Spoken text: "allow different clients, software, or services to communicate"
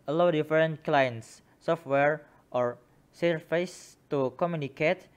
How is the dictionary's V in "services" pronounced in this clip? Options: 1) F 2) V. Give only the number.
1